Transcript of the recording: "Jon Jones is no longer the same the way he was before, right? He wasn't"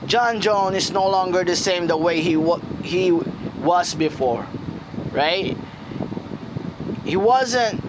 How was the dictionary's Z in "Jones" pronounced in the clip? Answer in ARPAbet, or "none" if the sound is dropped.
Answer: none